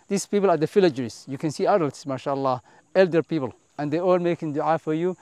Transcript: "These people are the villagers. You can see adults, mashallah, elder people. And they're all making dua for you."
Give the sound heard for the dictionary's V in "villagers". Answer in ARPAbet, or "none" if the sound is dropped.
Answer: F